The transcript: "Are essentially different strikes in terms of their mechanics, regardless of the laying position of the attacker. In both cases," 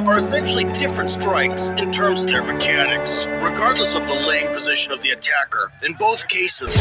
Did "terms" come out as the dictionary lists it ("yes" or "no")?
yes